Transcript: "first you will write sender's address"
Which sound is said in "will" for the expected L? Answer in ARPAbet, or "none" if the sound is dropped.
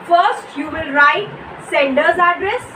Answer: N